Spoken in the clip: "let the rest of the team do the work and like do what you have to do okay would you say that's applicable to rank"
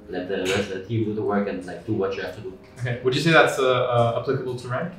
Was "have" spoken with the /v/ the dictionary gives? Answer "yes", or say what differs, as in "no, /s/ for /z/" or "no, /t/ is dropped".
no, /f/ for /v/